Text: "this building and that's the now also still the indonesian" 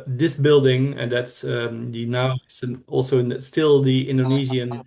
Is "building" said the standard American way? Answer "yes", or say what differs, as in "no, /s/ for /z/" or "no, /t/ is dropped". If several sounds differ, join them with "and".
yes